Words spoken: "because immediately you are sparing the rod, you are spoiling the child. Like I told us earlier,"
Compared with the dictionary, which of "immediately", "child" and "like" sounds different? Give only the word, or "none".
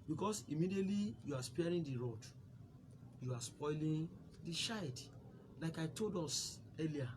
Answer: child